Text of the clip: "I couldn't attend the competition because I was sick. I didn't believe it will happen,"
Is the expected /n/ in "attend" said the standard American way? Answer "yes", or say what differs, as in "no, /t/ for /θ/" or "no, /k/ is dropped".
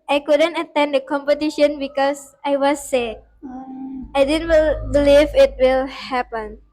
yes